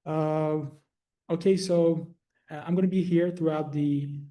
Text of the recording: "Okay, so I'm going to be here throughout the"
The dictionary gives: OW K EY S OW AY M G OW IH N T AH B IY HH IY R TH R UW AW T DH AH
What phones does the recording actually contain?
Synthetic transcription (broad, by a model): OW K EY S OW AY M G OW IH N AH B IY HH IY R TH R UW AW T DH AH